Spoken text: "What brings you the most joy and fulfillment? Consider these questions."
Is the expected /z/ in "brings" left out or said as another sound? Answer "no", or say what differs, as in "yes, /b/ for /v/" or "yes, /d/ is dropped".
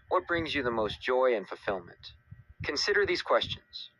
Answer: no